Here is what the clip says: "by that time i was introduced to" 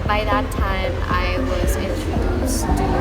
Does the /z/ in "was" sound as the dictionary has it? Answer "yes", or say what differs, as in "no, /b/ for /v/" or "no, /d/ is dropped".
yes